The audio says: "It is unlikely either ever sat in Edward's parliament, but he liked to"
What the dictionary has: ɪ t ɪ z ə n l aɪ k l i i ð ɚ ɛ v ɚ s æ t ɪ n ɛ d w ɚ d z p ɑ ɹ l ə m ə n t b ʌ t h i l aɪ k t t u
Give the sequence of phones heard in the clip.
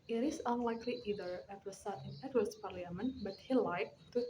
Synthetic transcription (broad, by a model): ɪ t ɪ s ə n l aɪ k l i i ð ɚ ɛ w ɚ s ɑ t ɪ n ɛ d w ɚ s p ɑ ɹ l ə m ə n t b ʌ t h i l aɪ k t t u